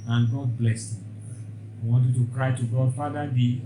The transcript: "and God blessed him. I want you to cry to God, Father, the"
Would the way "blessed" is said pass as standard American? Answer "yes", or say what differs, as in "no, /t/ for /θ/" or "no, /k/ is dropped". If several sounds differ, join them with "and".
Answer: no, /t/ is dropped